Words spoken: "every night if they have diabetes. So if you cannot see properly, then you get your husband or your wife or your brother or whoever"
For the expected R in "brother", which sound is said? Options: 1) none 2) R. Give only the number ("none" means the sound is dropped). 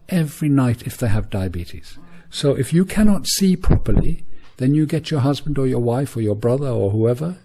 2